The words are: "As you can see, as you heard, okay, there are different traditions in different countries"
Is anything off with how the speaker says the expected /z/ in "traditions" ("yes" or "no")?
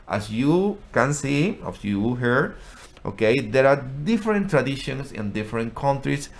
yes